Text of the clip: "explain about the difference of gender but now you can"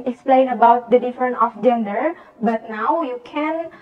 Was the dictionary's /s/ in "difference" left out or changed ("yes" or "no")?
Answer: yes